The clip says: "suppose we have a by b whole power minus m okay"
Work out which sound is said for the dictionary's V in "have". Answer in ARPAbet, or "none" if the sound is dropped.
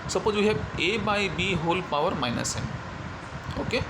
B